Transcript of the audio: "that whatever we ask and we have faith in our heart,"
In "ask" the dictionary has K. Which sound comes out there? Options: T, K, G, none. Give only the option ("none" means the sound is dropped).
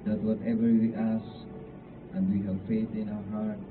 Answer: none